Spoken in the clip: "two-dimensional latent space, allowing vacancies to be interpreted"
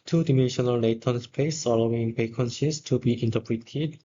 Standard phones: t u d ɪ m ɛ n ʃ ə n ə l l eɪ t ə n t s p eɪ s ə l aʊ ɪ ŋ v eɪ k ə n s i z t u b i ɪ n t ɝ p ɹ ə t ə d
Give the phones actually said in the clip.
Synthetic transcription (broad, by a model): t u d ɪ m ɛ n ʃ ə n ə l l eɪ t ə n s p eɪ s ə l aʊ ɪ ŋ p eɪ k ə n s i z t u b i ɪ n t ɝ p ɹ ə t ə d